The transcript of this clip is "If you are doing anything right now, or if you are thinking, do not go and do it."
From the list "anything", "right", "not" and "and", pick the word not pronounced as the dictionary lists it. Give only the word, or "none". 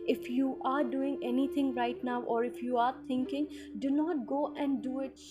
anything